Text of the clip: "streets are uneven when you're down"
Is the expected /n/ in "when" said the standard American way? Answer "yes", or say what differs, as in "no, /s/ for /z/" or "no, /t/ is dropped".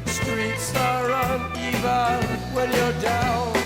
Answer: no, /l/ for /n/